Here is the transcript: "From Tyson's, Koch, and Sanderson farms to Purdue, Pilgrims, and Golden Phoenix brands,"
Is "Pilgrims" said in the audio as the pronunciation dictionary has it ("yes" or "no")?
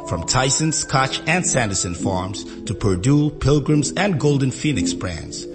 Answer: yes